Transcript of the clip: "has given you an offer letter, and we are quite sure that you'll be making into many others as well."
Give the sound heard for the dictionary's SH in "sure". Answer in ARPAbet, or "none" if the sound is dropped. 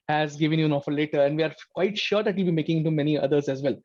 SH